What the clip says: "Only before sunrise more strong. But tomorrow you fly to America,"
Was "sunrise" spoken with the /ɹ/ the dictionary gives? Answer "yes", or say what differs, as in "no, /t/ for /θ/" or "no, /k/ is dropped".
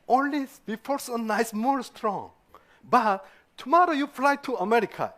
no, /ɹ/ is dropped